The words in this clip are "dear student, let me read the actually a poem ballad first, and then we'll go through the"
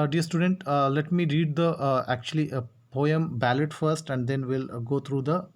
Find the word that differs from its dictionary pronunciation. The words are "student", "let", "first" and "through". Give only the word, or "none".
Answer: through